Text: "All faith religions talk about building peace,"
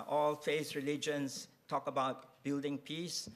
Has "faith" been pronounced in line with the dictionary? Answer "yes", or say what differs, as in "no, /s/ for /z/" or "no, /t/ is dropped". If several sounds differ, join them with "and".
no, /s/ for /θ/